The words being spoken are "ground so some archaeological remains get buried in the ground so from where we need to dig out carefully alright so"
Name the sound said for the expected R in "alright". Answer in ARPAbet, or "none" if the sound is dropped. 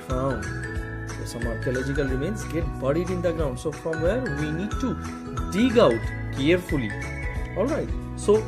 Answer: R